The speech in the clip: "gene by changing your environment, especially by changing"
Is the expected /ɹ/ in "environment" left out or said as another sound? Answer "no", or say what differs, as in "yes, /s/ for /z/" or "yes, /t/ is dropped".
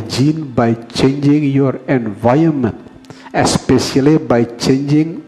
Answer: yes, /ɹ/ is dropped